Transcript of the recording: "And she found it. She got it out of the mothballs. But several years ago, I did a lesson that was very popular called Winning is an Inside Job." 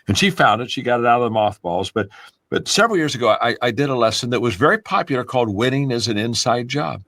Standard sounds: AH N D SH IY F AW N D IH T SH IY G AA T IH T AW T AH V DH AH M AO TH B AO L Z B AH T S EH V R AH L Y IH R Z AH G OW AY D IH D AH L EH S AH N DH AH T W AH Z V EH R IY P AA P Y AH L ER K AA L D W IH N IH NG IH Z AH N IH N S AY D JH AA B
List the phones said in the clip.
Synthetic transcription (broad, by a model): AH N SH IY F AW N D IH T SH IY G AA T IH T AW T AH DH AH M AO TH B AO L Z B AH T S EH V R L Y IH R Z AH G OW AY D IH D AH L EH S AH N DH AH T W AH Z V EH R IY P AA P Y L ER K AA L D W IH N IH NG IH Z AH N IH N S AY D JH AA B